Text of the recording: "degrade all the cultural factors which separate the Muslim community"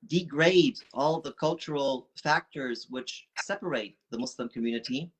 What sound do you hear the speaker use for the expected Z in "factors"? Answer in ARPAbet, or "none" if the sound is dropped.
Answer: Z